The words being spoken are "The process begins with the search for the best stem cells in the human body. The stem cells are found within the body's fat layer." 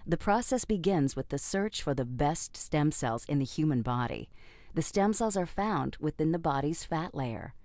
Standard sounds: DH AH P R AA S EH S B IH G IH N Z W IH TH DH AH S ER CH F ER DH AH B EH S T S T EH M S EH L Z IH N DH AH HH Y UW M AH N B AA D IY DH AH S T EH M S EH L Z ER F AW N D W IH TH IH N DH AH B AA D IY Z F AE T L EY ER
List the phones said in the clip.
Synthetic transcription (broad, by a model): DH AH P R AA S EH S B IH G IH N Z W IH DH AH S ER CH F ER DH AH B EH S T S T EH M S EH L Z IH N DH AH HH Y UW M AH N B AA D IY DH AH S T EH M S EH L Z ER F AW N D W IH TH IH N DH AH B AA D IY Z F AE T L EY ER